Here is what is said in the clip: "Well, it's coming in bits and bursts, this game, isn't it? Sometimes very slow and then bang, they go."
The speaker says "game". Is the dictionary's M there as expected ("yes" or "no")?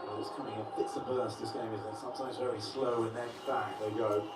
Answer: no